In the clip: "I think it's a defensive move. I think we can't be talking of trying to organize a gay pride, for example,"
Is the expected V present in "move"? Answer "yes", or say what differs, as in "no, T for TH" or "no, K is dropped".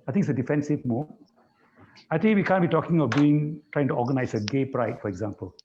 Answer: no, V is dropped